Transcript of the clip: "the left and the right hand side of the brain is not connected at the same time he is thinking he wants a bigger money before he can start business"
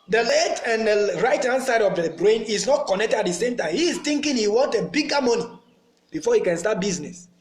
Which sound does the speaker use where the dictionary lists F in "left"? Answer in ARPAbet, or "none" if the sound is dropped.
none